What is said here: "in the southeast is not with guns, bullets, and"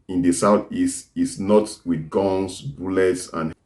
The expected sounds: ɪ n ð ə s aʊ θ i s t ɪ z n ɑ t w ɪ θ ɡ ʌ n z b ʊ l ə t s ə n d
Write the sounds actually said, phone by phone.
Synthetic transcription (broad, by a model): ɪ n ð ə s aʊ θ i s t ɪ s n ɑ t w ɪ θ ɡ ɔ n s b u l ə t s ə n